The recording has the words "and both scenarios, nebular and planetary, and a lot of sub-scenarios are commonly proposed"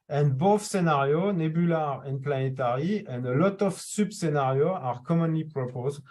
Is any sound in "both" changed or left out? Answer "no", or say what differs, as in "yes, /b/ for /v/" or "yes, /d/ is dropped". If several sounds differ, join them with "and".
yes, /f/ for /θ/